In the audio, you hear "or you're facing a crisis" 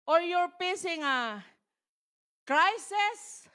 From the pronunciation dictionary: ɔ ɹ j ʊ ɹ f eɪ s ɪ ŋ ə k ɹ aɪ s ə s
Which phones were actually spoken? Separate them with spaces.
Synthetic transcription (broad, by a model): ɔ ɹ j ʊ ɹ p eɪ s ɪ ŋ ə k ɹ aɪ s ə s